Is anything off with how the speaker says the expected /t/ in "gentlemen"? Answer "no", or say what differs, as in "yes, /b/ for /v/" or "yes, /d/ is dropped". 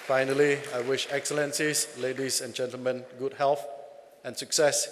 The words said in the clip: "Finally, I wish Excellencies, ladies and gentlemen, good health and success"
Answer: no